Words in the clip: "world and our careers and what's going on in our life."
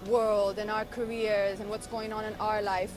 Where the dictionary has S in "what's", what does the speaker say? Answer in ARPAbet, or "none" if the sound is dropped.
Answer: S